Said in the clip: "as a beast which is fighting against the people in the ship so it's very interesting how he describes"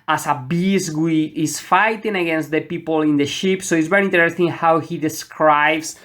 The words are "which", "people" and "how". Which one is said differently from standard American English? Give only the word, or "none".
which